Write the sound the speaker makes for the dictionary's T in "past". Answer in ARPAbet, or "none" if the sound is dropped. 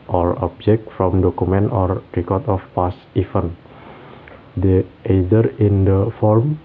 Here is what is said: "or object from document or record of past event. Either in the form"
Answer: none